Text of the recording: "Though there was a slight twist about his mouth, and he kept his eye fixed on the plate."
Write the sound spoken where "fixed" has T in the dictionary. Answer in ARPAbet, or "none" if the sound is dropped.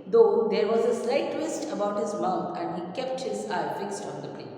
T